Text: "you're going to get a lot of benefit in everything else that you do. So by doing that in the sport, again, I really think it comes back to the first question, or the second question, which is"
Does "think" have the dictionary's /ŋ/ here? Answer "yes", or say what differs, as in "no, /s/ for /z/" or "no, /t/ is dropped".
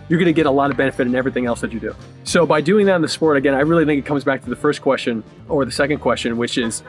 yes